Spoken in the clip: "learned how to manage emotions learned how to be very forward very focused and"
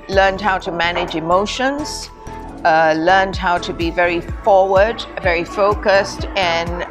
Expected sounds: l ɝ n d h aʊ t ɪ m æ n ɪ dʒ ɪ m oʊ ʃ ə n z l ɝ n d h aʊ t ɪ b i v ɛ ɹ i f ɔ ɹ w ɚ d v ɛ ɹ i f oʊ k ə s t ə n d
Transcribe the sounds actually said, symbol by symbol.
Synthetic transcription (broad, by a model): l ɝ n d h aʊ t ɪ m æ n ɪ dʒ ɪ m oʊ ʃ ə n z l ɝ n d h aʊ t ɪ b i v ɛ ɹ i f ɔ ɹ w ɚ d v ɛ ɹ i f oʊ k ə s t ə n